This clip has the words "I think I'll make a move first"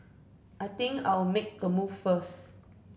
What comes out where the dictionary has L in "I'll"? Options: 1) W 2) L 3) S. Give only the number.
1